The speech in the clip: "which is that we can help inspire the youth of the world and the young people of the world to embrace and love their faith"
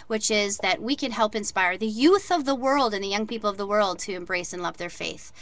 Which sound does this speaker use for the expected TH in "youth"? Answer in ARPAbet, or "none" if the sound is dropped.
TH